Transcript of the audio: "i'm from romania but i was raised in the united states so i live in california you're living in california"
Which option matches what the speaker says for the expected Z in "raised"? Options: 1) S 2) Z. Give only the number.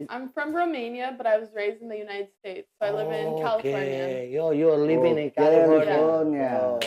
2